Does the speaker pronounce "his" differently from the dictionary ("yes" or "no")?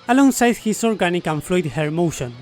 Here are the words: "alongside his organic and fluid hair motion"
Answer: yes